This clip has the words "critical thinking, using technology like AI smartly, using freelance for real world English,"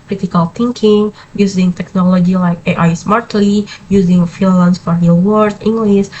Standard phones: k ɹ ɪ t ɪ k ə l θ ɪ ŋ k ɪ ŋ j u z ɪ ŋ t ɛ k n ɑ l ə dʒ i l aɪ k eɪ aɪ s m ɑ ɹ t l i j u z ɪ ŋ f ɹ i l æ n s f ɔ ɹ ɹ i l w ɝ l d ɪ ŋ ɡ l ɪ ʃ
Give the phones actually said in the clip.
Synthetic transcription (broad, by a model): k ɹ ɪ t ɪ k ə l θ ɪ ŋ k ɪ ŋ j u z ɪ ŋ t ɛ k n ɑ l ə dʒ i l aɪ k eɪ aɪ s m ɑ ɹ t l i j u z ɪ ŋ f i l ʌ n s f ɔ ɹ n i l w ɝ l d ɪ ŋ ɡ l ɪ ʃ